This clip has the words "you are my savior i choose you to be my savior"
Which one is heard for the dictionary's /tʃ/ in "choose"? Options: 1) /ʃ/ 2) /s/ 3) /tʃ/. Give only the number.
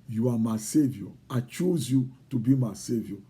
3